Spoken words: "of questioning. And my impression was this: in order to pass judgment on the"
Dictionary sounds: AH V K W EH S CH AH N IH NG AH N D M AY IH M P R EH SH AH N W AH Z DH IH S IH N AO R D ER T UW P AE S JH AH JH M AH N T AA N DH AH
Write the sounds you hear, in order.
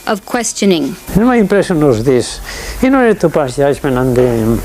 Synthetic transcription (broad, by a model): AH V K W EH S CH AH N IH NG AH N M AY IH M P R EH S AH N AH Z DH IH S IH N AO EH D T UW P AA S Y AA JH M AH N AA N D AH